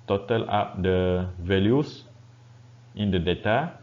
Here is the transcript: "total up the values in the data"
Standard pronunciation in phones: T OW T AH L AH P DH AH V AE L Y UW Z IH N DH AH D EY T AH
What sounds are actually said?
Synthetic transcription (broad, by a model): T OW T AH L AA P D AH V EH L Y UW S IH N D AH D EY T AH